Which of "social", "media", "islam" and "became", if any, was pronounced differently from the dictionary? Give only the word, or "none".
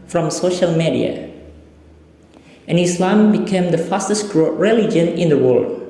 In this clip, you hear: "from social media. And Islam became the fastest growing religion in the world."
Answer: none